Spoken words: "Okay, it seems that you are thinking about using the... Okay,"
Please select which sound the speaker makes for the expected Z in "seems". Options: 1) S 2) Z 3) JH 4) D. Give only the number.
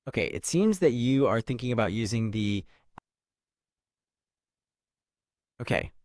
2